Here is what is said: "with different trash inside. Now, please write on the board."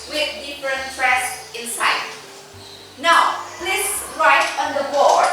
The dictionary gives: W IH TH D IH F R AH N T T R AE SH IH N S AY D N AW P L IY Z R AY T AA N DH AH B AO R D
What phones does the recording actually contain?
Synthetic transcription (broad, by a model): W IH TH D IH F R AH N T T R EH S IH N S AY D N AW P L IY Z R AY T AA N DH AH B AO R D